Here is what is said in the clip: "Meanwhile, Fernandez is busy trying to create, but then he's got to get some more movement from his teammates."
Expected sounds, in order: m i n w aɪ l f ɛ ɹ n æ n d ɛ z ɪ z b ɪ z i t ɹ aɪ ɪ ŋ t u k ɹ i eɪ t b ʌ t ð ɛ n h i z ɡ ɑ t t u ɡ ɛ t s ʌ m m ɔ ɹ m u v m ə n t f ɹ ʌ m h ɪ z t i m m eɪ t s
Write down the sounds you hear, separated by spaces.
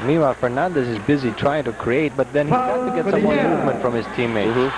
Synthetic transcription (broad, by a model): m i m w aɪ f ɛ ɹ n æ n d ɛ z ɪ z b ɪ z i t ɹ aɪ ɪ ŋ t u k ɹ i eɪ t b ʌ t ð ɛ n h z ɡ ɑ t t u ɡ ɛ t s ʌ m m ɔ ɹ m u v m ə n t f ɹ ʌ m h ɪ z t i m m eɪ